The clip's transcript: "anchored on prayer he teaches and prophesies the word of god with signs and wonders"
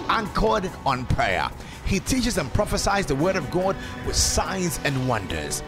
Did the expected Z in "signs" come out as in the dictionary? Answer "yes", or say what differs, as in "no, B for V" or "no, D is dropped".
yes